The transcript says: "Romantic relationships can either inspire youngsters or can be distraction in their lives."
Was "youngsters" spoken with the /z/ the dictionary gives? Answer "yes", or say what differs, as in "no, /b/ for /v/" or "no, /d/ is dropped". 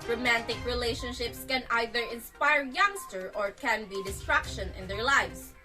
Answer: no, /z/ is dropped